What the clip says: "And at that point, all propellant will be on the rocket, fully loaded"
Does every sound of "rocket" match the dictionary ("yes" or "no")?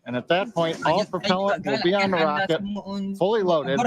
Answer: yes